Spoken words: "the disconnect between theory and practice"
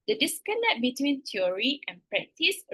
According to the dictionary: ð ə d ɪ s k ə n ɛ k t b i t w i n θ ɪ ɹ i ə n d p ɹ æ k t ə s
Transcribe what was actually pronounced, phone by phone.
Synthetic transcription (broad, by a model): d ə d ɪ s k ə l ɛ t b i t w i n t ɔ ɹ i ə n p ɹ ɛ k t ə s